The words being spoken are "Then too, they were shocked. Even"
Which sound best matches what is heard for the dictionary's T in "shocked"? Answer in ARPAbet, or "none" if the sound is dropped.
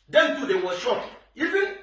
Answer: none